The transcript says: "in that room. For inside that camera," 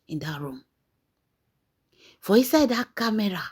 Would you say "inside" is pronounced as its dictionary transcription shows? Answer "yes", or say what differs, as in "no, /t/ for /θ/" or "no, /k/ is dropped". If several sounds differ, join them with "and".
no, /n/ is dropped